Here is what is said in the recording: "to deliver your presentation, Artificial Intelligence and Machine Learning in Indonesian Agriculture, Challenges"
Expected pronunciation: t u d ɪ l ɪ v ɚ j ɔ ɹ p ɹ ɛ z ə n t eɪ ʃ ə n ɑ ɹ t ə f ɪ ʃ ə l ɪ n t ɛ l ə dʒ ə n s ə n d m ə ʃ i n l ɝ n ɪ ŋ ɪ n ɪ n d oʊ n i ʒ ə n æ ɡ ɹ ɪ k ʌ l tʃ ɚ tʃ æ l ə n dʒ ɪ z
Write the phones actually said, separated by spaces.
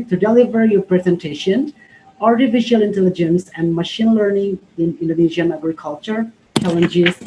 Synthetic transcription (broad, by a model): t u d ɪ l ɪ v ɚ j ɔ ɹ p ɹ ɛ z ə n t eɪ ʃ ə n ɑ ɹ t ə f ɪ ʃ ə l ɪ n t ɛ l ə dʒ ə n s ə n d m ə ʃ i n l ɝ n ɪ ŋ ɪ n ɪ n d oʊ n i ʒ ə n æ ɡ ɹ ɪ k ʌ l tʃ ɚ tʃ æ l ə n dʒ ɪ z